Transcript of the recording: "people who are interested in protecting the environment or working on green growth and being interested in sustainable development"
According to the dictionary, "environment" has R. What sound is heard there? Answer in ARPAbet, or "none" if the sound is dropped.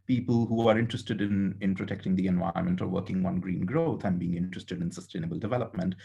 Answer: none